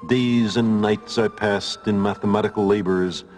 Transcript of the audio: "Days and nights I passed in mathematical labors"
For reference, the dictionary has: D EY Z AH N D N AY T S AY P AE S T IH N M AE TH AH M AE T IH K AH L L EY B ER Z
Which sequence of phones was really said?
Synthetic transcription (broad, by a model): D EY Z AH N N AY T S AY P AE S T IH N M AE TH AH M AE T IH K AH L L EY B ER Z